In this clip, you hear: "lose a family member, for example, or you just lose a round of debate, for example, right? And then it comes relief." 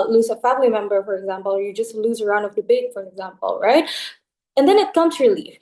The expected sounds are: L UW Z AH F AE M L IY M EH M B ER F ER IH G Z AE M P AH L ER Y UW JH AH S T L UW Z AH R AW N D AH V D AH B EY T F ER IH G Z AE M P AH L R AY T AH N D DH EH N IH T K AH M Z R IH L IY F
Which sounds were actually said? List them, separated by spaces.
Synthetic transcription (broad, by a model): L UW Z AH F AE M L IY M EH M B ER F ER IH G Z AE M P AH L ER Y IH JH AH S T L UW Z AH R AW N D AH V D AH B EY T F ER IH G Z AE M P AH L R AY T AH N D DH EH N IH T K AH M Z R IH L IY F